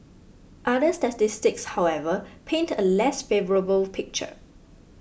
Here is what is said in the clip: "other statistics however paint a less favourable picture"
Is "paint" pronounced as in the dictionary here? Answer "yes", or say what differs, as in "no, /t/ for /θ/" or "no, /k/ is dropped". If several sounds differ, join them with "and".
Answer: yes